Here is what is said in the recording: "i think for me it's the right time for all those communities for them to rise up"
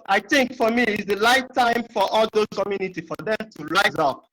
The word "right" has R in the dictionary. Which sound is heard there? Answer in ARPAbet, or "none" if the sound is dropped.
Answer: L